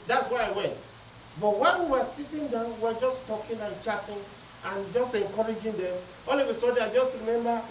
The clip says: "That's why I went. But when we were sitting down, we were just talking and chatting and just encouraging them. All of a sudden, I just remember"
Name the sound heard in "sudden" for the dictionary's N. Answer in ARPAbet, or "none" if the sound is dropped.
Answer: none